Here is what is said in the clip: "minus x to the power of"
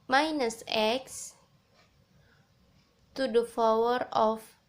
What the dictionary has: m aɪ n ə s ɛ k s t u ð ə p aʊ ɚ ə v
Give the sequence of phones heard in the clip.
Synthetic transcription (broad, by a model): m aɪ n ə s ɛ k s t u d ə f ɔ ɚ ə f